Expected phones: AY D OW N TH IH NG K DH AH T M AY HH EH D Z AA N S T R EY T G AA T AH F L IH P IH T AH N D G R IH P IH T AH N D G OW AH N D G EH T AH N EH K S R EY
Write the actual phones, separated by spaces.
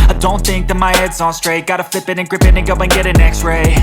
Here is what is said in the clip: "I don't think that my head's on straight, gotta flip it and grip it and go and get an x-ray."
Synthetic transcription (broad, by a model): AY D OW N TH IH NG K DH AH T M AY HH EH D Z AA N S T R EY T G AA T AH F L IH P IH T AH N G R IH P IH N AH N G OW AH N G EH T AH N EH K S R EY